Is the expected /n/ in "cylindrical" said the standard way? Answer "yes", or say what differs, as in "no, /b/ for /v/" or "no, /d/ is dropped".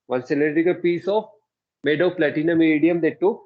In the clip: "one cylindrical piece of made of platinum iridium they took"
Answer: no, /n/ is dropped